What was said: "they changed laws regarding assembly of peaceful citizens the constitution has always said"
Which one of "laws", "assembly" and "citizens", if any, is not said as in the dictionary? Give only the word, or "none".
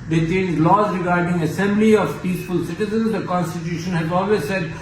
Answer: none